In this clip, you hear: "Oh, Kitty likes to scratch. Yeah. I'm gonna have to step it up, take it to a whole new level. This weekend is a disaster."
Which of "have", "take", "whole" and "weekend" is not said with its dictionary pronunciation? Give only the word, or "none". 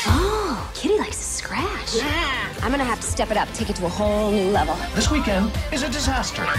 have